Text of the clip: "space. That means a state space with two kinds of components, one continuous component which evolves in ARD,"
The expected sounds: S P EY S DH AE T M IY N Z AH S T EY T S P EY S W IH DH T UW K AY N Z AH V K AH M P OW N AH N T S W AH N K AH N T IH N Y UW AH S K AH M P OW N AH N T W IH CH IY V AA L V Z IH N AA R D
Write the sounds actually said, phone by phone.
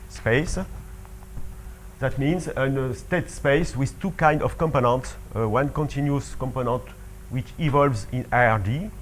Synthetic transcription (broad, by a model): S P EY S DH AE T M IY N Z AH S T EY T S P EY S W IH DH T UW K AY N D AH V K AH M P OW N AH N T S W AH N K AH N T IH N Y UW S K AH M P OW N AH N T W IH CH IY V AA L V Z IH N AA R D